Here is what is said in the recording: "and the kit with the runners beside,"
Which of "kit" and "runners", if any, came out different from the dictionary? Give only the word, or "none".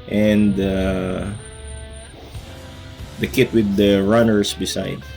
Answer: runners